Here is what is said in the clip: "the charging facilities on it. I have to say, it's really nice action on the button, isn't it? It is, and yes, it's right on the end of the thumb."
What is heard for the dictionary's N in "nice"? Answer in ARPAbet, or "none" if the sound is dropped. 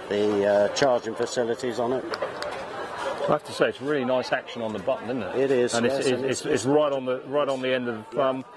N